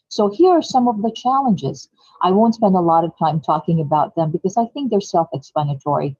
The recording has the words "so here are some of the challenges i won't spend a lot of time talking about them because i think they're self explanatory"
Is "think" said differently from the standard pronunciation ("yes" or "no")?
no